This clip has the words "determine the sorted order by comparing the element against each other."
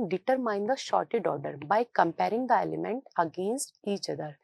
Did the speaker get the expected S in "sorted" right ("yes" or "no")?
no